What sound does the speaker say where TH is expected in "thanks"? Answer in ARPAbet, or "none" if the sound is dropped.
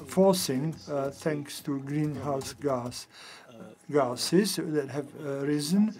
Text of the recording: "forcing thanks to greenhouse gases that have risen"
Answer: T